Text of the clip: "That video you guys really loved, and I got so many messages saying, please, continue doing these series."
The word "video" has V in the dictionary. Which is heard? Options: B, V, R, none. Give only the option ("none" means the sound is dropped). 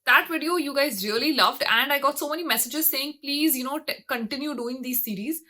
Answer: V